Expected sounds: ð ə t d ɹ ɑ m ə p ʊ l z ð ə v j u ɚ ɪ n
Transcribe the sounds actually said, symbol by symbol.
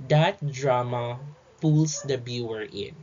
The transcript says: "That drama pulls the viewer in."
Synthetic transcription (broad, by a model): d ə t d ɹ ɑ m ə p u l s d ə b j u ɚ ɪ n